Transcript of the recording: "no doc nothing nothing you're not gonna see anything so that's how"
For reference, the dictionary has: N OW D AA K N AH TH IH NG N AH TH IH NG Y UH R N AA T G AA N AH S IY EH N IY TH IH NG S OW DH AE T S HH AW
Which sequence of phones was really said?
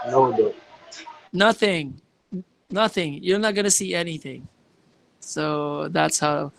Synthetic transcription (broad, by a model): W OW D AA N AH TH IH NG N AH TH IH NG Y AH R N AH T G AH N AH S IY EH N IY TH IH NG S OW DH AE T S HH AW